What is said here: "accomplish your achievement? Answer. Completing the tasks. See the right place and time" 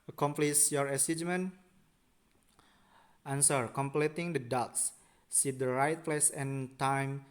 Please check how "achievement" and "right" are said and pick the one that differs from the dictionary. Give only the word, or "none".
achievement